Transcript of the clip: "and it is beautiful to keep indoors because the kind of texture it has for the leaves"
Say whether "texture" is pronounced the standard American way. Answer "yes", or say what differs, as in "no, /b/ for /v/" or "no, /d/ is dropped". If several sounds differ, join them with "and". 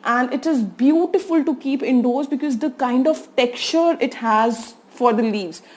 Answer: no, /s/ is dropped